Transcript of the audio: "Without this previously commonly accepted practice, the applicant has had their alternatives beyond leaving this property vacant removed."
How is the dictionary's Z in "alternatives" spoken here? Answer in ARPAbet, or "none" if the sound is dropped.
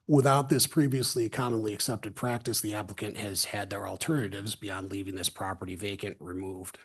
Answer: Z